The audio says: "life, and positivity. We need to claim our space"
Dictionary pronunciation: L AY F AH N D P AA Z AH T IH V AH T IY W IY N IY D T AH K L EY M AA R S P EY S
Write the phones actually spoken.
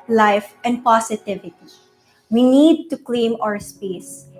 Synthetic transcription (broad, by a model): L AY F AH N D P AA S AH T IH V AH T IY W IY N IY D T AH K L EY M AA R S P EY S